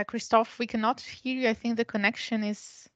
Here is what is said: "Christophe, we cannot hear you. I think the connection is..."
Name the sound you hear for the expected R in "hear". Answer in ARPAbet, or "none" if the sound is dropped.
R